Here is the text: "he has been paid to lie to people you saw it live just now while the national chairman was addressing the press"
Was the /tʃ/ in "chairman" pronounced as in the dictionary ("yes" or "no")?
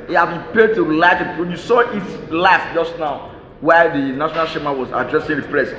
no